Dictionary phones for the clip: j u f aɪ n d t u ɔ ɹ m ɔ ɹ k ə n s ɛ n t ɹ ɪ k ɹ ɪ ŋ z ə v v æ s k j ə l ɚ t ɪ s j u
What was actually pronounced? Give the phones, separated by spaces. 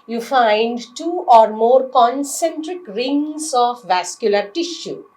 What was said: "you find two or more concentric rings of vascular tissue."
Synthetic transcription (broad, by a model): j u f aɪ n d t u ɔ ɹ m ɔ ɹ k ə n s ɛ n t ɹ ɪ k ɹ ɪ ŋ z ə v v æ s k j ə l ɚ t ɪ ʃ j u